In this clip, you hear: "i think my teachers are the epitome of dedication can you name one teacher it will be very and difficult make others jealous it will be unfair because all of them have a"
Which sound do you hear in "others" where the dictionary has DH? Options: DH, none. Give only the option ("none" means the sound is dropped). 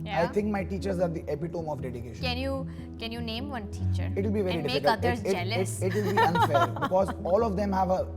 none